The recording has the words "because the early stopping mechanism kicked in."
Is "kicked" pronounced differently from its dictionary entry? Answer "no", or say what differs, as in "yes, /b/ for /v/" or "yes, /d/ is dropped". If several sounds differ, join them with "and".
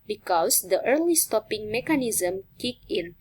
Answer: yes, /t/ is dropped